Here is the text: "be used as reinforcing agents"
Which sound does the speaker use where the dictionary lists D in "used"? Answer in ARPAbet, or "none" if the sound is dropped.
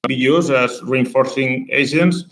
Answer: none